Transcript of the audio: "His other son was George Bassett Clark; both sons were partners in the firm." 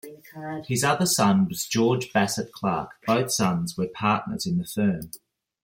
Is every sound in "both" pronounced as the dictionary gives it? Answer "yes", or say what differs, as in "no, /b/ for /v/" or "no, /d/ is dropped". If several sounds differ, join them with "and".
yes